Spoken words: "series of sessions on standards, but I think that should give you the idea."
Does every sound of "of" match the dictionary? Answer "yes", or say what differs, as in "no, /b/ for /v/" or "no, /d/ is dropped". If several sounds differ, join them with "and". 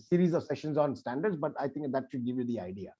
yes